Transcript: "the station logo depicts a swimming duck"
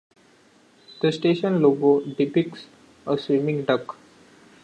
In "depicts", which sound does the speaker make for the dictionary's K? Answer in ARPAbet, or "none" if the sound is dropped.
K